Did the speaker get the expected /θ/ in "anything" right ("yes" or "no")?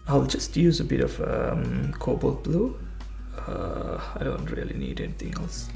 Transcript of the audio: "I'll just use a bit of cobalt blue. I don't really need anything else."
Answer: no